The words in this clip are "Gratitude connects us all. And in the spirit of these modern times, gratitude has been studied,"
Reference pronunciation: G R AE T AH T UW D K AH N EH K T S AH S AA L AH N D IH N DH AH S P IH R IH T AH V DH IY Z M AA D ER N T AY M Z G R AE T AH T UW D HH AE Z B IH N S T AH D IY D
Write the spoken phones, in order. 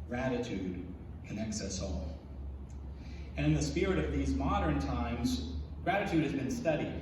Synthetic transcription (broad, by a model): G R AE T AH T UW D K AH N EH K S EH S AA L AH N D IH N DH AH S P IH R IH T AH V DH IY Z M AA D ER N T AY M Z G R AE T AH T UW D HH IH Z B IH N S T AH D IY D